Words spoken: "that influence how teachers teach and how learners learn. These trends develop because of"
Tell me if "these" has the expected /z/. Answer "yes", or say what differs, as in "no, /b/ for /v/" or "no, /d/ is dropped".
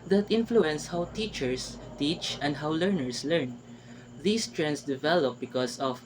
no, /s/ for /z/